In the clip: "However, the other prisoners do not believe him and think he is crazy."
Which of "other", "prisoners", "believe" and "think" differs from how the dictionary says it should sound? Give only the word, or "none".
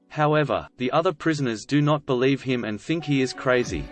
none